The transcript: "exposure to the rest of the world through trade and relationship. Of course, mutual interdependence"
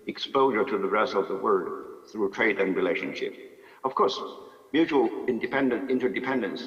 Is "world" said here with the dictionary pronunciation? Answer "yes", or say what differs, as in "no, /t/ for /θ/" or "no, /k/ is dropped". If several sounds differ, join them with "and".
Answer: no, /l/ is dropped